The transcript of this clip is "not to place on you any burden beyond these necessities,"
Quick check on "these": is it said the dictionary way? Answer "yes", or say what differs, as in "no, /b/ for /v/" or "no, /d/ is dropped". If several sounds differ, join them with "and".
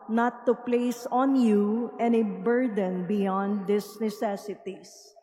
no, /s/ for /z/